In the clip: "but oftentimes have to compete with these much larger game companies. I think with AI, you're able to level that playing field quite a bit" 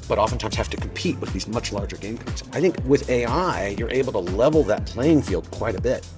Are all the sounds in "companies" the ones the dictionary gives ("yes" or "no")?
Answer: no